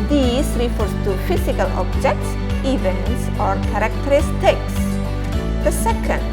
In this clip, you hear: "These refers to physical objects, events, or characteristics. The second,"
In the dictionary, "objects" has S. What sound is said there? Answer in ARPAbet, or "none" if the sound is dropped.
S